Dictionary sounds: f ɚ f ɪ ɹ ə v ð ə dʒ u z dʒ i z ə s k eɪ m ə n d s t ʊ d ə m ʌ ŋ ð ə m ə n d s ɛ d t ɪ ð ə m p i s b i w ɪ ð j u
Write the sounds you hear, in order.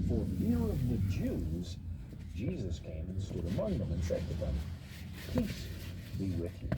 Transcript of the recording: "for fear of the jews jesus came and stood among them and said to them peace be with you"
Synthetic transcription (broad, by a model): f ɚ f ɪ ɹ ə v ð ə dʒ u z dʒ i z ə s k eɪ m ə n s t ʊ d ə m ʌ ŋ ð ə m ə n s ɛ d t ɪ ð ə m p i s b i w ɪ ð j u